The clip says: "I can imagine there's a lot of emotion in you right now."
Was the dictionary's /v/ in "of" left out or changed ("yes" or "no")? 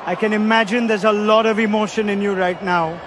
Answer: no